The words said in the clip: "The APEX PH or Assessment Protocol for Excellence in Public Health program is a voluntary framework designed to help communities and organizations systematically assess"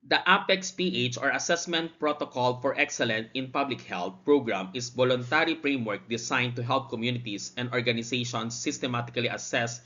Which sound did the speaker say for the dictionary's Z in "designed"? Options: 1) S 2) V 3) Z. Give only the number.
1